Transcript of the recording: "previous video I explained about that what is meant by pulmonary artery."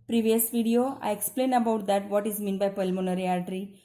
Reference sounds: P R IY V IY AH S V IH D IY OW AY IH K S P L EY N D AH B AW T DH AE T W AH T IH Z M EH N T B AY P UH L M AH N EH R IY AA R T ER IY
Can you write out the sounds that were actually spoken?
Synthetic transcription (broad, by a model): P R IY V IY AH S V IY D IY OW AY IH K S P L EY N AH B AW T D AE T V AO T IH Z M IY N B AY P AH L M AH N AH R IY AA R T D IY